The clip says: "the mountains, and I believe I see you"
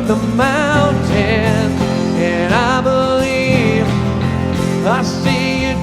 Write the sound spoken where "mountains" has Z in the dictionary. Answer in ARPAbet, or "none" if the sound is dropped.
none